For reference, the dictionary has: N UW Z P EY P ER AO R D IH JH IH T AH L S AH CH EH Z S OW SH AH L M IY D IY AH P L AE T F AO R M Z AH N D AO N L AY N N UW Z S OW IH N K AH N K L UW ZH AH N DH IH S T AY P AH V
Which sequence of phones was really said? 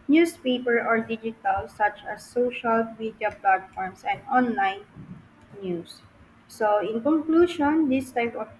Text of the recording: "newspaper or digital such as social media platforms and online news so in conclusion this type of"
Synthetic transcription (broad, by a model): N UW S P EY P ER AO R D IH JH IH T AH L S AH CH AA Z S OW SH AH L M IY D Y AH P L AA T F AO R M S AH N D AO N L AY N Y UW S OW IH N K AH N K L UW SH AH N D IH S T AY P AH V